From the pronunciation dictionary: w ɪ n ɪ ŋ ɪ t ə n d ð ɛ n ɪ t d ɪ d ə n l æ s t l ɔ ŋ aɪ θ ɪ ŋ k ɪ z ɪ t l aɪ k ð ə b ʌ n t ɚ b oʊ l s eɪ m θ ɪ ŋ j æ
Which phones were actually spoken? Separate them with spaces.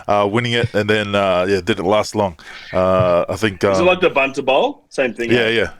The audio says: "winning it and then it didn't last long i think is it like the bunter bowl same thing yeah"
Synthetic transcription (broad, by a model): w ɪ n ɪ ŋ ɪ t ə n ð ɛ n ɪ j d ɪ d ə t l æ s t l ɔ ŋ aɪ θ ɪ ŋ k ɪ z ɪ t l aɪ k ð ə b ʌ n t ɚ b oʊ l s eɪ m θ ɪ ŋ j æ